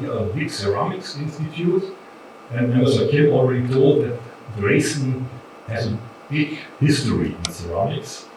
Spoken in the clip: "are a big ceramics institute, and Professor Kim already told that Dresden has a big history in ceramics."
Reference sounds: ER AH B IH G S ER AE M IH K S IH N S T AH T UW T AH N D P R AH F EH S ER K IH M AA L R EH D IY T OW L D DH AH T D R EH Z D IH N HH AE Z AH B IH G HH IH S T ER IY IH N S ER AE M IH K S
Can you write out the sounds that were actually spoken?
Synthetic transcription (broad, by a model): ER AH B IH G S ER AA M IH K S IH N S T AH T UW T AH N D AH AH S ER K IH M AA L R EH D IY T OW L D DH AH T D R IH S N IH HH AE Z AH B IH G HH IH S T ER IY IH N S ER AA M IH K S